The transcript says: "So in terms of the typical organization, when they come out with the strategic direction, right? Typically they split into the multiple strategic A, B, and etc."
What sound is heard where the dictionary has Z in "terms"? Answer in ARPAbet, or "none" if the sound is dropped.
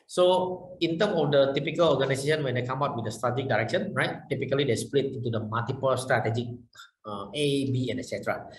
none